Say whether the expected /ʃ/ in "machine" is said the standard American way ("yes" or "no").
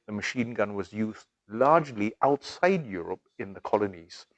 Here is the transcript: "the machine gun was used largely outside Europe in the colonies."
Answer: yes